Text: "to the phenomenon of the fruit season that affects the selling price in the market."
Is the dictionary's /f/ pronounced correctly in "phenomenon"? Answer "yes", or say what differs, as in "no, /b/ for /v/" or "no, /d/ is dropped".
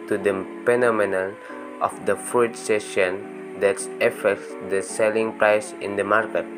no, /p/ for /f/